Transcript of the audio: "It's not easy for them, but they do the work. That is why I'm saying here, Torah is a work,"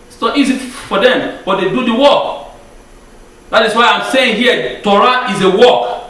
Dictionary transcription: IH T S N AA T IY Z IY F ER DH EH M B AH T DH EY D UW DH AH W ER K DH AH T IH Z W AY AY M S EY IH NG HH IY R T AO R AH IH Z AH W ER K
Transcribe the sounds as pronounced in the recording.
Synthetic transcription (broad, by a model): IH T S N AA T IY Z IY F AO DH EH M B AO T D EY D UW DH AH W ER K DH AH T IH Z W AY AY M S EY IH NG HH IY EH T AO R AH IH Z AH W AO K